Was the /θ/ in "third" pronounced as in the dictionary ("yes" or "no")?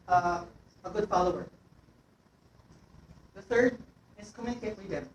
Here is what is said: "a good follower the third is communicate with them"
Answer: yes